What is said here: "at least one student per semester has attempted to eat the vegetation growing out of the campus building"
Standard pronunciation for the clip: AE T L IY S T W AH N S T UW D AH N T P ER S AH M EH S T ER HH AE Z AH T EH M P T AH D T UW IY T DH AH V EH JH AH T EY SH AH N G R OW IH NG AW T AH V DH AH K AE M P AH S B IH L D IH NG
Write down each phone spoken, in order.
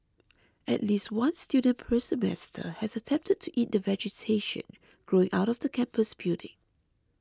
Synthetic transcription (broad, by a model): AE T L IY S T W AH N S T UW D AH N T P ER S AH M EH S T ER HH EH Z AH T EH M P T AH D T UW IY T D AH V EH JH AH T EY SH AH N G R OW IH NG AW T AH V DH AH K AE M P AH S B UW D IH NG